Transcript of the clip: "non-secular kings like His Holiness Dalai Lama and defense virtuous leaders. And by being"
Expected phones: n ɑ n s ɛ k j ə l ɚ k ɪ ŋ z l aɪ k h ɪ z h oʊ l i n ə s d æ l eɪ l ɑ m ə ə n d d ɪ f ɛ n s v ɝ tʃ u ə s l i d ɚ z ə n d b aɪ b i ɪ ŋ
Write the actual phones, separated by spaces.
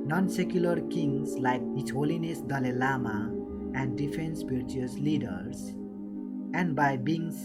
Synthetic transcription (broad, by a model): n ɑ n s ɛ k j ə l ɚ k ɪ ŋ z l aɪ k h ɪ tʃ h oʊ l i n ə s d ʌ l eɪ l ɑ m ə ə n d d ɪ f ɛ n s p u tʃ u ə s l i d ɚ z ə n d b aɪ b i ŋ